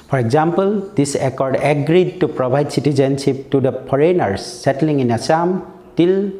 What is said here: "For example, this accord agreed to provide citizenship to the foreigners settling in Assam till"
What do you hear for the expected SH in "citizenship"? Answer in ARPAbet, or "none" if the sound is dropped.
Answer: S